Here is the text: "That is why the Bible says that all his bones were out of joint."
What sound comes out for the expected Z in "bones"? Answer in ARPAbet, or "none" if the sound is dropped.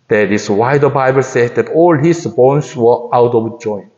S